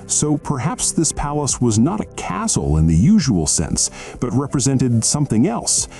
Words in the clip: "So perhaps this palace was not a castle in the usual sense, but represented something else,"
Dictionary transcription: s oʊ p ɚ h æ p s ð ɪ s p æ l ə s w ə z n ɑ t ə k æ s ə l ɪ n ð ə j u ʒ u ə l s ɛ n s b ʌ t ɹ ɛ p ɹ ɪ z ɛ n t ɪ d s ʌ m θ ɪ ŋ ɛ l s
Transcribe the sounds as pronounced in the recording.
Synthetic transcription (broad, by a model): s oʊ p ɚ h æ p s ð ɪ s p æ l ə s w ə z n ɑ t ə k æ s l ɪ n ð ə j u ʒ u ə l s ɛ n s b ʌ t ɹ ɛ p ɹ ɪ z ɛ n t ɪ d s ʌ m θ ɪ ŋ ɛ l s